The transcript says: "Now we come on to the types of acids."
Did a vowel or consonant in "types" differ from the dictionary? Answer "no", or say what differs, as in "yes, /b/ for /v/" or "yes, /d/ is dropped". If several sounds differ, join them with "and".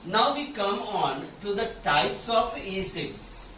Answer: no